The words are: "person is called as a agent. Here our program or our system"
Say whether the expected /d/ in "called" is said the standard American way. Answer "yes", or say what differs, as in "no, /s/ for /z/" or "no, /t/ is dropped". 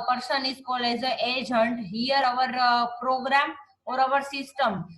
no, /d/ is dropped